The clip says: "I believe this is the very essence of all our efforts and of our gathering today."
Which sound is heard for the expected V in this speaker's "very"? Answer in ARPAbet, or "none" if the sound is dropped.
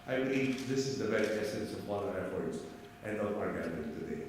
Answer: B